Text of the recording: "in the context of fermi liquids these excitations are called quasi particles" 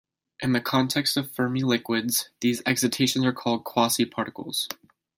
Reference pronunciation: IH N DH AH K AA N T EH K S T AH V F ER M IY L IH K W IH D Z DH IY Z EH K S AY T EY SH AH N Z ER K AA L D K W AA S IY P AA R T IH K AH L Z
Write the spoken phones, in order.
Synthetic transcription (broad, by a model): IH N DH AH K AA N T EH K S T AH V F ER M IY L IH K W IH D Z DH IY Z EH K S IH T EY SH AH N Z ER K AA L D K W AA S IY P AA R T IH K L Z